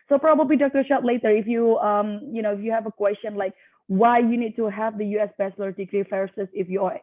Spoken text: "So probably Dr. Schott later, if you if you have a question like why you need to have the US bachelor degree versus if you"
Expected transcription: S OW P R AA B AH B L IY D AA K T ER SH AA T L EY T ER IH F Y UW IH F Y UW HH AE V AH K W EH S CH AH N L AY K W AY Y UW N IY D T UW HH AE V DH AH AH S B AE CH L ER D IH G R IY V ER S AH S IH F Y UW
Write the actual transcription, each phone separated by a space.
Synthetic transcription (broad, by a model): S OW P R AA B AH B L IY D AA K T ER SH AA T L EY T ER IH F Y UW IH F Y UW HH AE V AH K W EH S CH AH N L AY K W AY Y UW N IY D T UW HH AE V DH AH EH S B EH S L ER D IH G R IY F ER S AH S IH F Y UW